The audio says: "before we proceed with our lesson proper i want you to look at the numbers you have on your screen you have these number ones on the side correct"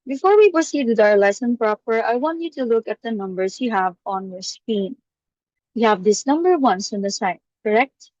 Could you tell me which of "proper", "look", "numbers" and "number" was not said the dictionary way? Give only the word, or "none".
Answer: numbers